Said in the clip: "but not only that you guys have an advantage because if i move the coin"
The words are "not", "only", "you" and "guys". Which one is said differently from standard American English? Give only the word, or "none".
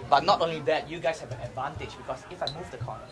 guys